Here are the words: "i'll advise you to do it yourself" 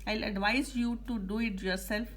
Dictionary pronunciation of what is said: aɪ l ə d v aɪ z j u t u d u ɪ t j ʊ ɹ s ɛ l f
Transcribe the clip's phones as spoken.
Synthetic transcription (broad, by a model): aɪ l ə d v aɪ z j u t u d u ɪ t j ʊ ɹ s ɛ l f